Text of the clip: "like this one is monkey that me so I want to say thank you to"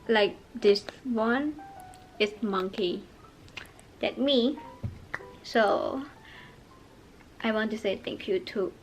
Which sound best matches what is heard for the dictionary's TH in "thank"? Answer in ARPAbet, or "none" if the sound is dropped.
T